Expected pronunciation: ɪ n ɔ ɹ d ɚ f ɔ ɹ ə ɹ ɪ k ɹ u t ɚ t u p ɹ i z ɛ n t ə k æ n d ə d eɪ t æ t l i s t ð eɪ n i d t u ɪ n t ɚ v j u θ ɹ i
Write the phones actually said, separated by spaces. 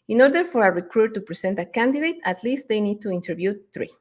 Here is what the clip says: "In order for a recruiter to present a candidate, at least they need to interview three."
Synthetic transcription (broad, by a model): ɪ n ɔ ɹ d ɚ f ɔ ɹ ə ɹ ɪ k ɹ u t t u p ɹ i s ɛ n t ə k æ n d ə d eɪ t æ t l i s t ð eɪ n i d t u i n t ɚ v j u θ ɹ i